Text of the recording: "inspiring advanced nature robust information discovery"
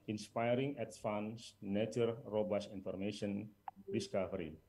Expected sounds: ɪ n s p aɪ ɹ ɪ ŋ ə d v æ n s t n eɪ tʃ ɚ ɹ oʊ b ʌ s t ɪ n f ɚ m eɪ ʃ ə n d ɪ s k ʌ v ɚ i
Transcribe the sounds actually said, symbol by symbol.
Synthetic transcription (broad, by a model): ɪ n s p aɪ ɹ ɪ ŋ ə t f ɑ n s n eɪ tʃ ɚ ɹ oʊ b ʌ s i n f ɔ m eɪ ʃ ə n d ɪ s k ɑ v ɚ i